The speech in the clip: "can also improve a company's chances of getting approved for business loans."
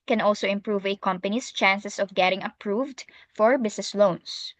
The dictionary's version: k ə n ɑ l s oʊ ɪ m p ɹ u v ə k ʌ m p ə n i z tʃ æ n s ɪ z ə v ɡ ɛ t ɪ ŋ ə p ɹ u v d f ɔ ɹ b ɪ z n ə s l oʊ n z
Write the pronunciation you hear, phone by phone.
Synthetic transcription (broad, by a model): k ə n ɑ l s oʊ ɪ m p ɹ u v ə k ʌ m p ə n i s tʃ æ n s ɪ s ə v ɡ ɛ t ɪ ŋ ə p ɹ u v d f ɔ ɹ b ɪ s n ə s l oʊ n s